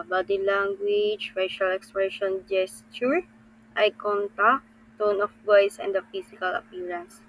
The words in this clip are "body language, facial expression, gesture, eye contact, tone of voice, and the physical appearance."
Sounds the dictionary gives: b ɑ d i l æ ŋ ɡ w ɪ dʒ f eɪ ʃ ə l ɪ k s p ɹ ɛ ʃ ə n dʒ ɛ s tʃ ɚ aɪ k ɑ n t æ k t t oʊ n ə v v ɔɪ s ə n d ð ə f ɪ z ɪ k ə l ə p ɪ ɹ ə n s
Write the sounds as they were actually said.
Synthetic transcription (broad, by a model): b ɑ d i l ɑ ŋ ɡ w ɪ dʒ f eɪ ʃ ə l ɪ k s p ɹ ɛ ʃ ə n dʒ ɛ s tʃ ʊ aɪ k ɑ n t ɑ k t t oʊ n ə f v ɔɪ s ə n d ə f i s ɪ k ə l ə p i ɹ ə n s